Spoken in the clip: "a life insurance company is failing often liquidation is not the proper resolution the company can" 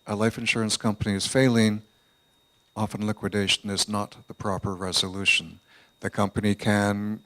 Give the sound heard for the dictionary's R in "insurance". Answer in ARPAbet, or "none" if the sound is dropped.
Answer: R